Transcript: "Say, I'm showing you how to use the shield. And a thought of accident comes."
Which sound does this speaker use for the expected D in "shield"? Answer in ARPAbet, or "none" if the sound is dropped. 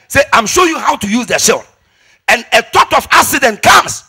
none